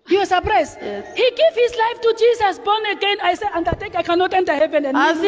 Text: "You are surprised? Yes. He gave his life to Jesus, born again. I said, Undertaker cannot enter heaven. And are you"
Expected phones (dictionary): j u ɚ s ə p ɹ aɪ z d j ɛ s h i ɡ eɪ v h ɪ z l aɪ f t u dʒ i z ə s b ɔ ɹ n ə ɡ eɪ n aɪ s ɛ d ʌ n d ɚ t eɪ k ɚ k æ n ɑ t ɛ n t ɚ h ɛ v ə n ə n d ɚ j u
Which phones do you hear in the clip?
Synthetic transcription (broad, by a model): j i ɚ s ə p ɹ aɪ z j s h i ɡ eɪ v h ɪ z l aɪ f t u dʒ i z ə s b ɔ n ə ɡ eɪ n aɪ s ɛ ʌ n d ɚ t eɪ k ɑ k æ n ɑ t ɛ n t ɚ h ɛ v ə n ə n